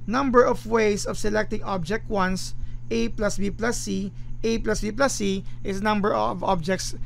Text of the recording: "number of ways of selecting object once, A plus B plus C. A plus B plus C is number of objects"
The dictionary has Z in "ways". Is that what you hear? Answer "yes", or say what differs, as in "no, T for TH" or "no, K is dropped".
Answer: no, S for Z